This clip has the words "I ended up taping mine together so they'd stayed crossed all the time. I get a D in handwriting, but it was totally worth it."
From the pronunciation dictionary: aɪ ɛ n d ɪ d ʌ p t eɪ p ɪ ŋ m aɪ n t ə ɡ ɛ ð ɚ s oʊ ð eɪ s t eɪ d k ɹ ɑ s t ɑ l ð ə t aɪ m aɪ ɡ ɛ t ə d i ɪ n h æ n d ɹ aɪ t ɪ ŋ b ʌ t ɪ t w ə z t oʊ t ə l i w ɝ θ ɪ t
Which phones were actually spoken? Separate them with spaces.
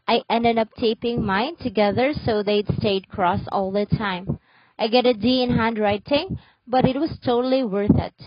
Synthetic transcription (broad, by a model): aɪ ɛ n d ɪ d ʌ p t eɪ p ɪ ŋ m aɪ n t ə ɡ ɛ ð ɚ s oʊ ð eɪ s t eɪ d k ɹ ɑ s ɑ l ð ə t aɪ m aɪ ɡ ɛ t ə d i ɪ n h æ n d ɹ aɪ t ɪ ŋ b ʌ t ɪ t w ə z t oʊ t l i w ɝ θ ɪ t